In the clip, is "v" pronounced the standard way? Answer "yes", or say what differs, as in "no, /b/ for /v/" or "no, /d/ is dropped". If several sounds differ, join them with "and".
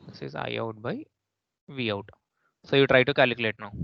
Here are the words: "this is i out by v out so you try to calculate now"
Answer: yes